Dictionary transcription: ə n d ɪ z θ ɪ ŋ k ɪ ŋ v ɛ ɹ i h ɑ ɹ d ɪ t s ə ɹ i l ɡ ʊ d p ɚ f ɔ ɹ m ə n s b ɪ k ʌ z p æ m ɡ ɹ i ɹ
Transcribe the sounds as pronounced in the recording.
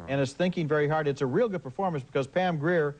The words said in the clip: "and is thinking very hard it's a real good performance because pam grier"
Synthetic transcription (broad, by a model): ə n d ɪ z θ ɪ ŋ k ɪ ŋ v ɛ ɹ i h ɑ ɹ d ɪ t s ə ɹ i l ɡ ʊ d p ɚ f ɔ ɹ m ə n s b ɪ k ʌ z p æ m ɡ ɹ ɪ ɹ